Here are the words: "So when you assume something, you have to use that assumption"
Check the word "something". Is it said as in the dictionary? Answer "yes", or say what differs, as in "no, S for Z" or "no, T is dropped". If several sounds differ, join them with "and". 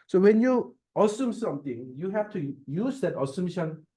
no, T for TH